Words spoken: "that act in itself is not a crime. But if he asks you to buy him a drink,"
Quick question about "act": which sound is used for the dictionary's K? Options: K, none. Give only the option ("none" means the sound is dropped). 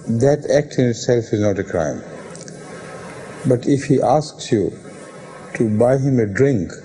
K